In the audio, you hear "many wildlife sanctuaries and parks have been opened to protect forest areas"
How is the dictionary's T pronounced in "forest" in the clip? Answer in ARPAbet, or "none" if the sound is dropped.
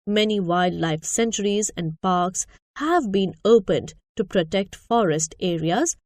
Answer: T